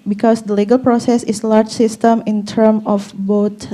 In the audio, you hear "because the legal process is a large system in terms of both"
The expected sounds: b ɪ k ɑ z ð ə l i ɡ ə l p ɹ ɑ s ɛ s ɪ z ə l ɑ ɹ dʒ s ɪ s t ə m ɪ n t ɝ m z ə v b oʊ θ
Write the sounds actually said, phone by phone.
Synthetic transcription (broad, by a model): b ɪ k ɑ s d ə l i ɡ ə l p ɹ ɑ s ɛ s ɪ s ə l ɑ ɹ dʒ s ɪ s t ə m ɪ n t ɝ m ə f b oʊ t